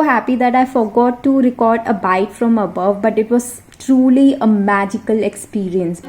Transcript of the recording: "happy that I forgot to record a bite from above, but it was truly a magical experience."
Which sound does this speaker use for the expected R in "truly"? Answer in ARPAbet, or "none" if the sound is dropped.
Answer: R